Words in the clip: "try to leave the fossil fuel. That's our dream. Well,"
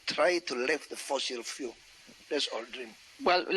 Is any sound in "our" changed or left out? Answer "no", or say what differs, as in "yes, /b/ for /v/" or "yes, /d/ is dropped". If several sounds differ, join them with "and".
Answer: yes, /l/ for /ɹ/